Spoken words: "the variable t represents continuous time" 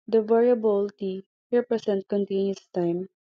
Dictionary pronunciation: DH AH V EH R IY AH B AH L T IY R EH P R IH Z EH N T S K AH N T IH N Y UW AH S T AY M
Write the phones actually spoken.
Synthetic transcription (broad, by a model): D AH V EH R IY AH B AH L T IY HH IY P R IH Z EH N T K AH N T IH N Y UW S T AY M